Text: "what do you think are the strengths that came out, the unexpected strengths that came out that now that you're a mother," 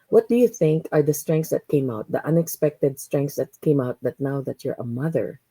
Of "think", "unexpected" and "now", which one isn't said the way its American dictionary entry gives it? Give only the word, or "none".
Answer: none